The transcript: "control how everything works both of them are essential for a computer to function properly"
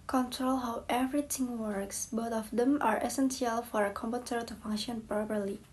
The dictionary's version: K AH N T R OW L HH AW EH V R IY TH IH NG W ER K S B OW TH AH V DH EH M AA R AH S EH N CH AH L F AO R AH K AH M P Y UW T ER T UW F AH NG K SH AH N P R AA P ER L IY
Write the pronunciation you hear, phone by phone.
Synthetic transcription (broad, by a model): K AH N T R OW L HH AW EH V R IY T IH NG W ER K S B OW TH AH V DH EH M AA R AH S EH N S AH L F AO R AH K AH M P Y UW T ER T UW F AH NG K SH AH N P R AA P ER L IY